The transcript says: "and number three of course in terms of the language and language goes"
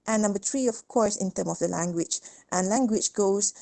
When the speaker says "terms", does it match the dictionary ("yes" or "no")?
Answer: no